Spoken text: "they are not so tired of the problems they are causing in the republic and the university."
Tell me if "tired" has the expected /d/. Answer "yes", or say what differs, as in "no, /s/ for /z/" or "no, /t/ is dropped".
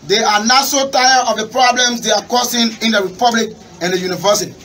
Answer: no, /d/ is dropped